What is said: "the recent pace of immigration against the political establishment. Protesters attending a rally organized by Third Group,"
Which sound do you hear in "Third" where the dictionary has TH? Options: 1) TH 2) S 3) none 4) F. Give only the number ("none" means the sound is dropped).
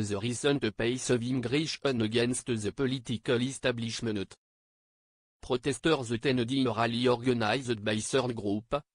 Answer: 2